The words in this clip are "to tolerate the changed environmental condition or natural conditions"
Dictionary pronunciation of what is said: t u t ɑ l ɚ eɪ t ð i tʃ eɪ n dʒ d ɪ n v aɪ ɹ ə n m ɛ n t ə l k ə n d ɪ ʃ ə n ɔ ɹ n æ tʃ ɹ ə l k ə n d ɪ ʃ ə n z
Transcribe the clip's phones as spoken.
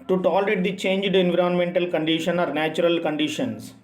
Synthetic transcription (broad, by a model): t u t ɑ l ɚ eɪ t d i tʃ eɪ n dʒ d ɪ n v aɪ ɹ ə n m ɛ n t ə l k ə n d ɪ ʃ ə n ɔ ɹ n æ tʃ ɹ ə l k ə n d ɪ ʃ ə n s